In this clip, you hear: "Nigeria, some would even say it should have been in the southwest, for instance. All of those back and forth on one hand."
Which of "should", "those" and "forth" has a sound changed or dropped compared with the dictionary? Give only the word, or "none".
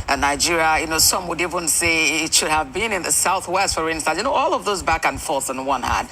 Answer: none